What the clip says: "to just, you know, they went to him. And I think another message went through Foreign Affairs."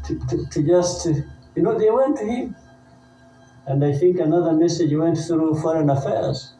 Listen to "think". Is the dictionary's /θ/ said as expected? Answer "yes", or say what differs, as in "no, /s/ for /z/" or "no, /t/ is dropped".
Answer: yes